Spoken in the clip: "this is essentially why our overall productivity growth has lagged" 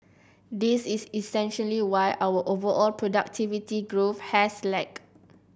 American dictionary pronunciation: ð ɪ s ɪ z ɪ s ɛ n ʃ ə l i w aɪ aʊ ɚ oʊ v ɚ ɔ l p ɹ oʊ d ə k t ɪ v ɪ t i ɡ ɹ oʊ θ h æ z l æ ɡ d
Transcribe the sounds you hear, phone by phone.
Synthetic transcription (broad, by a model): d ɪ s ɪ s ɪ s ɛ n ʃ ə l i w aɪ aʊ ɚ oʊ v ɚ ɔ l p ɹ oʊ d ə k t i v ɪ t i ɡ ɹ oʊ f h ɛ s l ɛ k